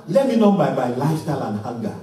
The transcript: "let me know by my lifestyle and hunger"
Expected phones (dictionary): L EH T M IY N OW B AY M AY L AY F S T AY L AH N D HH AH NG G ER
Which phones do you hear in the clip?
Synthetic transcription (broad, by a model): L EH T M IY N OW B AY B AY L AY S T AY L AH N D HH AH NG G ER